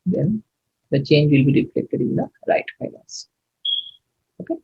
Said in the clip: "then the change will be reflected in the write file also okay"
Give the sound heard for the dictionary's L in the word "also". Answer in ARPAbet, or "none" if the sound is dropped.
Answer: N